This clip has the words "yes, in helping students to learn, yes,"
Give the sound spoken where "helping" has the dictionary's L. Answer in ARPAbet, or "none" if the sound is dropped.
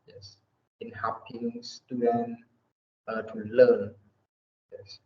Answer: none